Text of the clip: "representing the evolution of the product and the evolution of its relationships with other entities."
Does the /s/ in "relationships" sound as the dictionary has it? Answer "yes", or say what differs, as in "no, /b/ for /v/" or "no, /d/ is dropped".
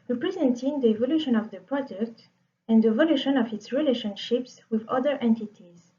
yes